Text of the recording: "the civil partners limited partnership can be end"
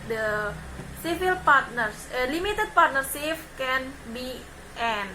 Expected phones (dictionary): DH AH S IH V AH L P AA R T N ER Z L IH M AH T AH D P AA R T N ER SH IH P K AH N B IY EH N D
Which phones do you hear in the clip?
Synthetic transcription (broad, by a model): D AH S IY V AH L P AA R T N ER S L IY M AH T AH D P AA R T N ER S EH F K AH N B IY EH N